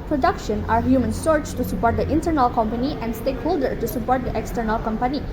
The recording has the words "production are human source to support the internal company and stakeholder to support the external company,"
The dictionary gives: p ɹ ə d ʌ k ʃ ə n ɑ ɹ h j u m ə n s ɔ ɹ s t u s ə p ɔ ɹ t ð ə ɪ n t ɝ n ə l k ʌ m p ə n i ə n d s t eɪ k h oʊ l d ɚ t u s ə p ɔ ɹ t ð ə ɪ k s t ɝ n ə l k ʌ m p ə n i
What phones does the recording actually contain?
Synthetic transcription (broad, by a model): p ɹ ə d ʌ k ʃ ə n ɑ ɹ h j u m ə n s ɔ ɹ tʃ t u s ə p ɔ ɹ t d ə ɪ n t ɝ n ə l k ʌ m p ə n i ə n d s t eɪ k h oʊ l d ɚ t u s ə p ɔ ɹ t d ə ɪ k s t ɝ n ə l k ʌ m p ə n i